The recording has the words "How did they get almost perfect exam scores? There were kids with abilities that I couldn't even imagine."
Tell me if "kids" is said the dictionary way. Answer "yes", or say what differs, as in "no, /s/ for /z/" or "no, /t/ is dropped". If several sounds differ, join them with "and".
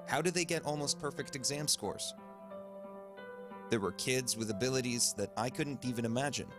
yes